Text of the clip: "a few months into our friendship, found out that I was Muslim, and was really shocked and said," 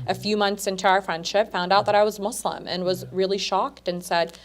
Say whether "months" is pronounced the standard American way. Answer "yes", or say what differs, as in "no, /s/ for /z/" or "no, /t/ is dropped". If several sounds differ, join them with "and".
yes